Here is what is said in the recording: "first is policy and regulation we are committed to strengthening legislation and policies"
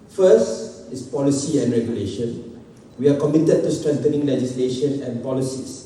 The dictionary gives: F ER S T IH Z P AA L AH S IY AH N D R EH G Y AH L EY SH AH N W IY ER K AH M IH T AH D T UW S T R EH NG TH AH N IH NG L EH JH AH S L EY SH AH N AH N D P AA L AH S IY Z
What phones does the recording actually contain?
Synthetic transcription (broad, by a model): F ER S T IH S P AA L AH S IY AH N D R EH G Y AH L EY SH AH N W IY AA K AH M IH T AH D T UW S T R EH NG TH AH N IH NG L EH JH AH S L EY SH AH N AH N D P AA L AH S IY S